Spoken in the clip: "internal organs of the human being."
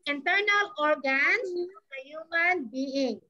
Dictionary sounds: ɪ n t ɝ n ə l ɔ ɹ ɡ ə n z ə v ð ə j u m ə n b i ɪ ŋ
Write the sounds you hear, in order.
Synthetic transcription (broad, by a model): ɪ n t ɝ n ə l ɔ ɹ ɡ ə n ə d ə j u m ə n b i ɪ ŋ